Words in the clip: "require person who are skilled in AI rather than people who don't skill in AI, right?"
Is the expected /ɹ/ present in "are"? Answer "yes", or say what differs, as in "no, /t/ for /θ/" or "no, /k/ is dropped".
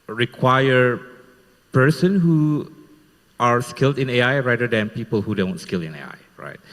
yes